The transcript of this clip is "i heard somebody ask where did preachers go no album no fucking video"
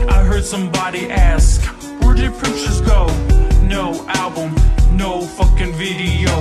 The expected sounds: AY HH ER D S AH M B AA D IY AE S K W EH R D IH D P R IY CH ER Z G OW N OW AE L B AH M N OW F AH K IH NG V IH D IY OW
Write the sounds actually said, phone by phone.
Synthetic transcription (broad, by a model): AY HH ER D S AH M B AA D IY AE S K W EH R D IH D P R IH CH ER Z G OW N OW AE L B AH M N OW F AH K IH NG V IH D IY OW